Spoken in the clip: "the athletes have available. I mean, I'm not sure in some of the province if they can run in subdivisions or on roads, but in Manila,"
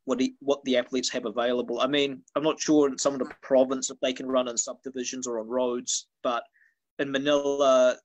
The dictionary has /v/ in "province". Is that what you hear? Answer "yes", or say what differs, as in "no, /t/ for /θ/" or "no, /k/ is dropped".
yes